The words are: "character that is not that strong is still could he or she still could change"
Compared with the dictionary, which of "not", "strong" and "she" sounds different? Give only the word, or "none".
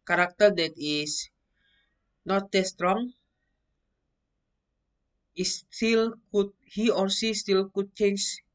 she